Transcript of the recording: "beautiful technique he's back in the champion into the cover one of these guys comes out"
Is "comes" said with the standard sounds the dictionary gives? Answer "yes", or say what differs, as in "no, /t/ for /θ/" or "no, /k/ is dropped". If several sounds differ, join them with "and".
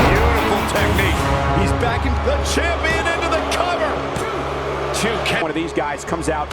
yes